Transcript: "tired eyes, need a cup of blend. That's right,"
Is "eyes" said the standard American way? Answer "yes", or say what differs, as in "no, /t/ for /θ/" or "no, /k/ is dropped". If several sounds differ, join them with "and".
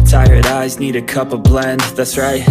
yes